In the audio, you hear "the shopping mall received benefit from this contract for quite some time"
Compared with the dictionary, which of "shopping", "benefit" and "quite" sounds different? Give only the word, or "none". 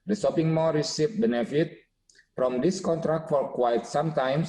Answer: shopping